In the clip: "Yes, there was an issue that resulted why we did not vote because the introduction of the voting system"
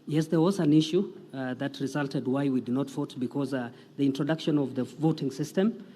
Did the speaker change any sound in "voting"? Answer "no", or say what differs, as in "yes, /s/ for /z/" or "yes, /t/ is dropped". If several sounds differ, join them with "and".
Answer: no